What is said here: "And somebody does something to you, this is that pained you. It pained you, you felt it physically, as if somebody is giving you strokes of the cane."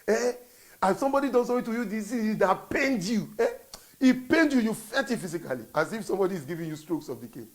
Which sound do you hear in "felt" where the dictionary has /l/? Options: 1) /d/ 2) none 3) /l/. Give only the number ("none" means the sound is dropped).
2